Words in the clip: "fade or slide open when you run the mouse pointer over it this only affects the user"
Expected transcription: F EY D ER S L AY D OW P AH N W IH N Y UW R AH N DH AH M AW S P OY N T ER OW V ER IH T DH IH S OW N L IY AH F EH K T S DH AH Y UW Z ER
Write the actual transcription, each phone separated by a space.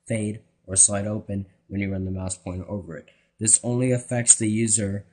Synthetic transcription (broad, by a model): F EY D ER S L AY D OW P AH N W IH N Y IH R AH N DH AH M AW S P OY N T OW V ER IH T DH IH S OW N L IY AH F EH K T S DH AH Y UW Z ER